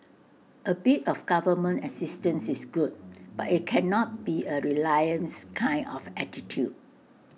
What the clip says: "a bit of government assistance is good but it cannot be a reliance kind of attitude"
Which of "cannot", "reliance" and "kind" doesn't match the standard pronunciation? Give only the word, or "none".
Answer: kind